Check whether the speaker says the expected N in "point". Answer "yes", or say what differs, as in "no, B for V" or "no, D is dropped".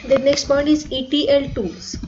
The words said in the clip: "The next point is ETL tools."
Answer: yes